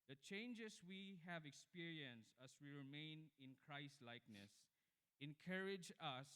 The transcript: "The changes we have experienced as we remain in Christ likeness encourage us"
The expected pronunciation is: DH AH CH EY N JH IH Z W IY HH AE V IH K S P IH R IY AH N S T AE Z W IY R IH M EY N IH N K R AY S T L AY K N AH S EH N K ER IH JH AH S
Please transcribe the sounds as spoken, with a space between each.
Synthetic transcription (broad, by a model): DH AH CH EY N JH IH S W IY HH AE V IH K S P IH R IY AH N S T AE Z W IY R IH M EY N IH N K R AY S T L AY K N AH S EH N K ER IH JH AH S